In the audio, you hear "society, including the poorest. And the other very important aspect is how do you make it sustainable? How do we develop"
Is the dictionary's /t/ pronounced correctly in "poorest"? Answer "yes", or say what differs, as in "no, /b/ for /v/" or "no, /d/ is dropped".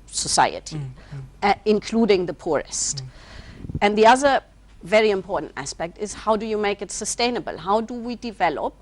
yes